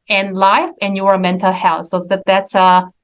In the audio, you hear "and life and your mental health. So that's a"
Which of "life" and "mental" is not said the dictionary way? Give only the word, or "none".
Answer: none